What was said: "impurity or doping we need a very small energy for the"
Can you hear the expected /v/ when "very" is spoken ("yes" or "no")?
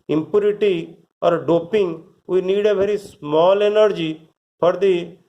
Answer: no